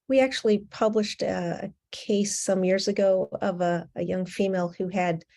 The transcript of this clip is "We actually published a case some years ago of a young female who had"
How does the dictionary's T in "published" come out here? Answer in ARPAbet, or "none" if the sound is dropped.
T